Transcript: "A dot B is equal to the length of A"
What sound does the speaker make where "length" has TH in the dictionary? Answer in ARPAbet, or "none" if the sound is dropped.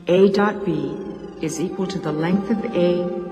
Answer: TH